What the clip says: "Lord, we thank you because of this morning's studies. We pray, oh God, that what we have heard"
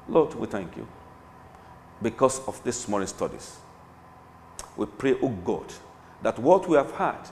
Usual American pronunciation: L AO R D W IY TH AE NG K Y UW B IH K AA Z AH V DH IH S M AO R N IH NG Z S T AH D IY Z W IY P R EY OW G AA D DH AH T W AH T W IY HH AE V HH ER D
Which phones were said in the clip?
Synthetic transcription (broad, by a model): L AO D W IY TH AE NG K Y UW B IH K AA S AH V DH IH S M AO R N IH S T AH D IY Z W IY P R EY OW G AA D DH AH T W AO T W IY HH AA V HH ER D